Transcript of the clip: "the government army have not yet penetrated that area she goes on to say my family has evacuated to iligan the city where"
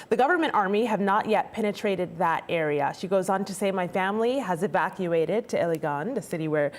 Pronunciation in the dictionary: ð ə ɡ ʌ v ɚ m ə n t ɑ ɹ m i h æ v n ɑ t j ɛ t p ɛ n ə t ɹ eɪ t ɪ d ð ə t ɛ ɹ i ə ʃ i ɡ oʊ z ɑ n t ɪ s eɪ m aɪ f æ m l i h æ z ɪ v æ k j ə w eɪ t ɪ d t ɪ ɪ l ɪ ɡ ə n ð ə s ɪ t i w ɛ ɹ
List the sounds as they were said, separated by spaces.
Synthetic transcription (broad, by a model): ð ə ɡ ʌ v ɚ m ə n t ɑ ɹ m i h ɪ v n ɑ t j ɛ t p ɛ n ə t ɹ eɪ t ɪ d ð ə t ɛ ɹ i ə ʃ i ɡ oʊ z n t ɪ s eɪ m aɪ f æ m l i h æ z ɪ v æ k j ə eɪ t ɪ d t ɪ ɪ l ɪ ɡ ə n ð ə s ɪ t i w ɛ ɹ